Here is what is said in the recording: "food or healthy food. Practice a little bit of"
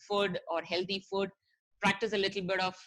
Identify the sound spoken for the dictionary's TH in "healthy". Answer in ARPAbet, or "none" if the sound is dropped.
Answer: T